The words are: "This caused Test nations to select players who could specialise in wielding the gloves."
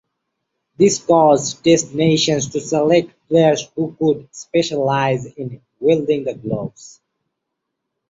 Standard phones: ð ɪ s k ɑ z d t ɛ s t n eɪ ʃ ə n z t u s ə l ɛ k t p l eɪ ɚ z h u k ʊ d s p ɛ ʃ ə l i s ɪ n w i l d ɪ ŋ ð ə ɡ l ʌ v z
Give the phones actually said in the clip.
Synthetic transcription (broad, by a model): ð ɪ s k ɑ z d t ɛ s t n eɪ ʃ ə n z t u s ə l ɛ k t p l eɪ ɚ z h u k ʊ d s p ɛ ʃ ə l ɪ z ɪ n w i l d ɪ ŋ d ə ɡ l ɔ b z